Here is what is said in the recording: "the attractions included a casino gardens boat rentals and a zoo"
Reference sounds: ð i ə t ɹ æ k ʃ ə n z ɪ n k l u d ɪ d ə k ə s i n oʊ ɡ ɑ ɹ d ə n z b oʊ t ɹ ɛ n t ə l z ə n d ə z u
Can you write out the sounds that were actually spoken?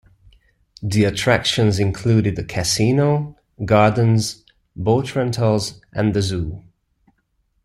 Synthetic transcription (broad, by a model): ð i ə t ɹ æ k ʃ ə n z ɪ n k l u d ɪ d ə k ə s i n oʊ ɡ ɑ ɹ d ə n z b oʊ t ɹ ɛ n t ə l z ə n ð ə z u